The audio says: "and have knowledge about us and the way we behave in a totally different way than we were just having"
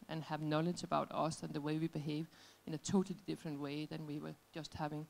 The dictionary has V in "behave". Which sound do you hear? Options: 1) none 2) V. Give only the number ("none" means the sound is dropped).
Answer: 2